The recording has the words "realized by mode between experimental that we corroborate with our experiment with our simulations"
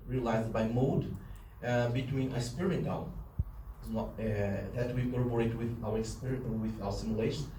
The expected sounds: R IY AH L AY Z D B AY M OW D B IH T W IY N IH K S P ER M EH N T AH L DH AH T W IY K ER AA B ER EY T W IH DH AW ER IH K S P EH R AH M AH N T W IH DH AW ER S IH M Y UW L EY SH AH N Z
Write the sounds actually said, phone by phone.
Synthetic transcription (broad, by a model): R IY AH L AY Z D B AY M OW D B IH T W IY N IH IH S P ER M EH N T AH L DH AH T W IY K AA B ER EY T W IH DH AW ER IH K S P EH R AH AH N W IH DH AW ER S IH M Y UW L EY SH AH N